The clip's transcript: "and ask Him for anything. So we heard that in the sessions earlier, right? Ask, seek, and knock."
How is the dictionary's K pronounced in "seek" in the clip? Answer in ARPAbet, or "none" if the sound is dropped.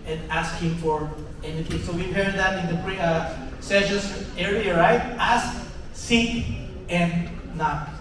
none